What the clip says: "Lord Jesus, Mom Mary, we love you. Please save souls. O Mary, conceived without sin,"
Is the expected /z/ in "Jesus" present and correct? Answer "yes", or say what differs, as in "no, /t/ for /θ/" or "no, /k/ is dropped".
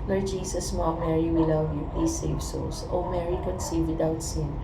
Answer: no, /s/ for /z/